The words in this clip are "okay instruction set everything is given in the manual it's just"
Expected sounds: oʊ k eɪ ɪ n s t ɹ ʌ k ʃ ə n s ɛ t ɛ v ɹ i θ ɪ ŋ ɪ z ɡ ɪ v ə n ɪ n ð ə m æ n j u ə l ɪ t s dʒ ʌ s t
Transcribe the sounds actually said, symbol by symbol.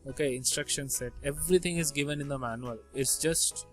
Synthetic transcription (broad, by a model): oʊ k eɪ ɪ n s t ɹ ʌ k ʃ ə n s ɛ t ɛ v ɹ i t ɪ ŋ ɪ z ɡ ɪ v ə n ɪ n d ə m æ n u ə l ɪ t s dʒ ʌ s t